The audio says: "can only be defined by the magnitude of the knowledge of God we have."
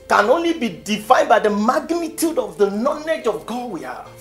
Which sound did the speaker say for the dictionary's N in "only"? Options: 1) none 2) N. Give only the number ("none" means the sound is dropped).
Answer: 2